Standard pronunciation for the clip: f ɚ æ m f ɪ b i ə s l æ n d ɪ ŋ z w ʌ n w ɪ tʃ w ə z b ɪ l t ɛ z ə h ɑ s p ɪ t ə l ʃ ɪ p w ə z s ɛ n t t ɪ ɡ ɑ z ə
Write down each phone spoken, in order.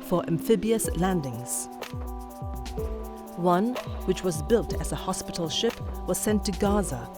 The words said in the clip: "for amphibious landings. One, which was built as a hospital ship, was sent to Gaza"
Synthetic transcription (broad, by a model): f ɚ æ m f ɪ b i ə s l æ n d ɪ ŋ z w ʌ n w ɪ tʃ w ə z b ɪ l t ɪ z ə h ɑ s p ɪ t l ʃ ɪ p w ə z s ɛ n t t ɪ ɡ ɑ z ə